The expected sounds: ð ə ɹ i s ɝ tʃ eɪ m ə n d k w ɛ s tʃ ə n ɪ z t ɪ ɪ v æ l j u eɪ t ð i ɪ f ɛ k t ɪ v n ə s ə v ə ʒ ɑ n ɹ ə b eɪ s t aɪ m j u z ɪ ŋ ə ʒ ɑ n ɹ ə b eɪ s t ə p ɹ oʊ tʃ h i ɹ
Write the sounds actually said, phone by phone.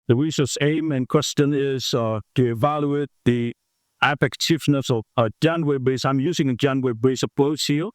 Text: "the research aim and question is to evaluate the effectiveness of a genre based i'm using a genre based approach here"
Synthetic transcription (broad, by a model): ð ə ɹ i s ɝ s eɪ m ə n k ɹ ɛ s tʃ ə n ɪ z t ɪ ɪ v æ l j u eɪ t ð i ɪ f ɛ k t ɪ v n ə s ə v ə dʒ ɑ n w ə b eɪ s aɪ m j u z ɪ ŋ ə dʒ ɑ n w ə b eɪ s ə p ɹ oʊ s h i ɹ